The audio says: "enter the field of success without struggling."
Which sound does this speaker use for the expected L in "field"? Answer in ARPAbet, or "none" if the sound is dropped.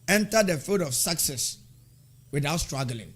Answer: none